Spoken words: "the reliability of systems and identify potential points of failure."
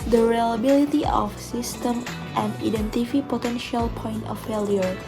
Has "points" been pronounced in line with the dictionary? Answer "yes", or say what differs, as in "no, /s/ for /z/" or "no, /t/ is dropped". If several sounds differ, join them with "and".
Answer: no, /s/ is dropped